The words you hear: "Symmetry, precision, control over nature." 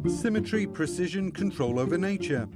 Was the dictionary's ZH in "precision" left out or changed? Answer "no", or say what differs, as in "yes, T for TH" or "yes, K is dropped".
no